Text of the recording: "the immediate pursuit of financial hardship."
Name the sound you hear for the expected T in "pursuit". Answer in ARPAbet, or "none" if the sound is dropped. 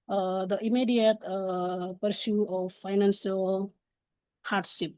none